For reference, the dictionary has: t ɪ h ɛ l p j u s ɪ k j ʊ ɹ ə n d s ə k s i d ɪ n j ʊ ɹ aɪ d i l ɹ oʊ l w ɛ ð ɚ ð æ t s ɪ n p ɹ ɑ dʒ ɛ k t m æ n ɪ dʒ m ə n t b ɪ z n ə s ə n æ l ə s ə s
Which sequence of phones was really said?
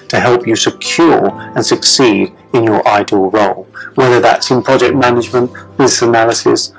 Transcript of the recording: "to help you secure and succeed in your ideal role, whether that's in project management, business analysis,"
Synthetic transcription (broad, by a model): t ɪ h ɛ l p j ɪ s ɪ k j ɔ ɹ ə n s ə k s i d ɪ n j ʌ ɹ aɪ d i l ɹ oʊ l w ɛ ð ɚ ð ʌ t s ɪ n p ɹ ɑ dʒ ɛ k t m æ n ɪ dʒ m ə n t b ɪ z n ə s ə n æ l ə s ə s